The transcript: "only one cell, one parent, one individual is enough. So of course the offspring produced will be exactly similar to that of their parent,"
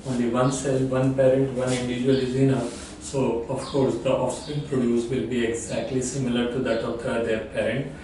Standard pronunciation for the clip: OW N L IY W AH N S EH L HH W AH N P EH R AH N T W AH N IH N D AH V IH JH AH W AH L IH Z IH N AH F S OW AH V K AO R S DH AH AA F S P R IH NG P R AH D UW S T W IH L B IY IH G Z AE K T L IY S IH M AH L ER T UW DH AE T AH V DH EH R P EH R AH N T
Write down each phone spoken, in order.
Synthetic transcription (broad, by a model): OW N L IY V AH N S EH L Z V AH N P EH R AH N T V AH N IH N D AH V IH JH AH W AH L IH Z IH N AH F S OW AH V K AO R S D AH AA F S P IH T P R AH D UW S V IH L B IY IH G Z AE K T L IY S IH M AH L ER T UW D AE T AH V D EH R P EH R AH N T